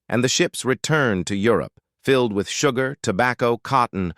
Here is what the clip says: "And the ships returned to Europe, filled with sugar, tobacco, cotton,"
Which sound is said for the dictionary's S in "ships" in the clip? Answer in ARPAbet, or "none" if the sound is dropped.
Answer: S